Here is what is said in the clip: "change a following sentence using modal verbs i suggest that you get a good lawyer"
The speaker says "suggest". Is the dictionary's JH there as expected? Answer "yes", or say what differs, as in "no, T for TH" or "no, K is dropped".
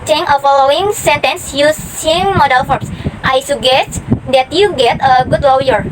no, JH is dropped